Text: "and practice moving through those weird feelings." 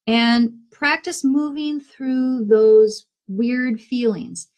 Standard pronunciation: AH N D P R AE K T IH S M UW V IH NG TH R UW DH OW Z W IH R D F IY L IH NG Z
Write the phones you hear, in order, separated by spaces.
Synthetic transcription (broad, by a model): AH N P R AE K T IH S M UW V IH NG TH R UW DH OW Z W IH R D F IY L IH NG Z